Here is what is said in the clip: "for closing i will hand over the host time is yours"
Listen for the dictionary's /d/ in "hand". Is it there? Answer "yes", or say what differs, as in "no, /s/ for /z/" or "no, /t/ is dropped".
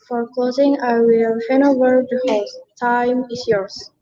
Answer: no, /d/ is dropped